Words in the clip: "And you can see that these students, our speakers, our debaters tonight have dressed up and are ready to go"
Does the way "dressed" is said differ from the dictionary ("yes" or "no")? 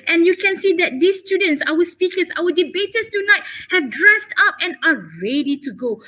no